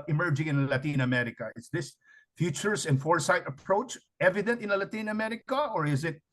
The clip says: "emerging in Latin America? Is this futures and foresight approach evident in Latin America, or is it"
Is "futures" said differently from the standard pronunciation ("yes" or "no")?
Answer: yes